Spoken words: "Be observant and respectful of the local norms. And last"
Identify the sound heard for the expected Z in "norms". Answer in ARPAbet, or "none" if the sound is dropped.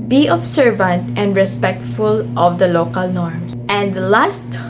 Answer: S